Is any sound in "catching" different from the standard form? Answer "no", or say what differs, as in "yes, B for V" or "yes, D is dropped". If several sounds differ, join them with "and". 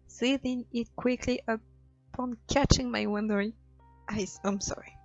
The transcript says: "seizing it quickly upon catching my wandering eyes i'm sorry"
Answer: no